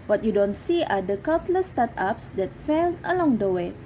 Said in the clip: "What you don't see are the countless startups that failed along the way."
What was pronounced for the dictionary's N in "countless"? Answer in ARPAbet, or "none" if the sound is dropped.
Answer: none